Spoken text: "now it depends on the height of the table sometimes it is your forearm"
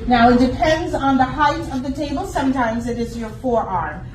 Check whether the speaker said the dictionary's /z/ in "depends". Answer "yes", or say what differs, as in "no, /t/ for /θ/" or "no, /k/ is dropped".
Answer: yes